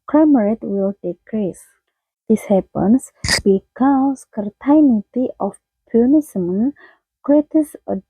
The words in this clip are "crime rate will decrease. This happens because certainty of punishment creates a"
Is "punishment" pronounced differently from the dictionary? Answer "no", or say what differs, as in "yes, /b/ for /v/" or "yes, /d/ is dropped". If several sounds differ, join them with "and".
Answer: yes, /s/ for /ʃ/